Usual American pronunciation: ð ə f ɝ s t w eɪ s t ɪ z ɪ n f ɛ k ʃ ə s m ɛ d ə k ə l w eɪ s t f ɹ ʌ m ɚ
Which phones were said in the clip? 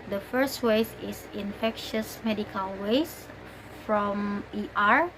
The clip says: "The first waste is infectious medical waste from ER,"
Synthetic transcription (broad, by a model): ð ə f ɝ s t w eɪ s ɪ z ɪ n f ɛ k ʃ ə s m ɛ d ə k ə l w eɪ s f ɹ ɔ m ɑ